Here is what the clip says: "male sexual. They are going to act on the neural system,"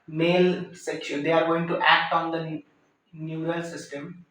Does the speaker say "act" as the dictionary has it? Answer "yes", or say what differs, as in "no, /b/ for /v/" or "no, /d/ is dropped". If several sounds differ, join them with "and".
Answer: yes